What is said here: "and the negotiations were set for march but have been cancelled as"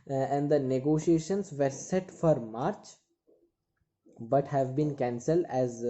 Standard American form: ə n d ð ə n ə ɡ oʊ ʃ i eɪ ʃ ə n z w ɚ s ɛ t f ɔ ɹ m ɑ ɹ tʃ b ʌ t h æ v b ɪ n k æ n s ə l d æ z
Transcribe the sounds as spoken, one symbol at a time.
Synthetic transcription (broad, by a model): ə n d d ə n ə ɡ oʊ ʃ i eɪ ʃ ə n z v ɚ s ɛ t f ɔ ɹ m ɑ ɹ tʃ b ʌ t h æ v b ɪ n k æ n s ə l d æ z